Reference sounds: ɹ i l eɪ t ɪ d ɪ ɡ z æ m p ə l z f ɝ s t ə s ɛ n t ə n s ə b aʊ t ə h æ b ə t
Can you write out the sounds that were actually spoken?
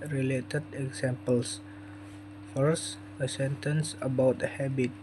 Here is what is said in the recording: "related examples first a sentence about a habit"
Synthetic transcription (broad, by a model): ɹ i l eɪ t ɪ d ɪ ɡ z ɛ m p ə l s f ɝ s ə s ɛ n t ə n s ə b aʊ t ə h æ b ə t